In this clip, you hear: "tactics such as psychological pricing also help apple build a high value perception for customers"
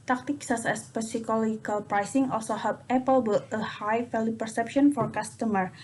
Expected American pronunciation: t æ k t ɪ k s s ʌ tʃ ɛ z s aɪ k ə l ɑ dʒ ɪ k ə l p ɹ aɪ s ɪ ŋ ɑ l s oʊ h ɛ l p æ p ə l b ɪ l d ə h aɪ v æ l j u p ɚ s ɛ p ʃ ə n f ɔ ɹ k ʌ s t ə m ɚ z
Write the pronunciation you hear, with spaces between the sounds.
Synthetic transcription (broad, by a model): t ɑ k t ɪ k s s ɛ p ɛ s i k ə l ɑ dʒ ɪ k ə l p ɹ aɪ s ɪ ŋ ɑ l s oʊ h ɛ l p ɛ p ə l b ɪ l ə h aɪ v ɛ l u p ɚ s ɛ p ʃ ə n f ɔ ɹ k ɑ s t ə m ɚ